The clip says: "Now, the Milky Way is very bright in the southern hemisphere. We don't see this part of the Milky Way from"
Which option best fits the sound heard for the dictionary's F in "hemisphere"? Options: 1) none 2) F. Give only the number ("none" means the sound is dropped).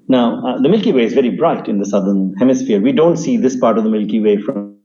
2